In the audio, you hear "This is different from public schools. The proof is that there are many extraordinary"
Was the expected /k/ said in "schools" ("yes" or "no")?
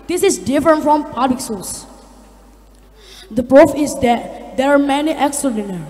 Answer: no